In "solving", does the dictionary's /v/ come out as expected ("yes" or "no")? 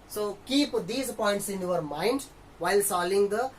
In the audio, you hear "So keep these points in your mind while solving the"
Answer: no